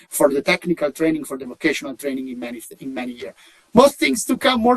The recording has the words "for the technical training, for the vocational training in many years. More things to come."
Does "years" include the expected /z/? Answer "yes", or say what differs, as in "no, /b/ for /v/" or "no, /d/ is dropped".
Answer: no, /z/ is dropped